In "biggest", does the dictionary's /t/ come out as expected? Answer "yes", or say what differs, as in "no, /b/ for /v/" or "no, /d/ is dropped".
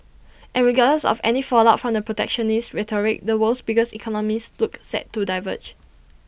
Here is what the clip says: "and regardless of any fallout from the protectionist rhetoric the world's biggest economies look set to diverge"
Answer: no, /t/ is dropped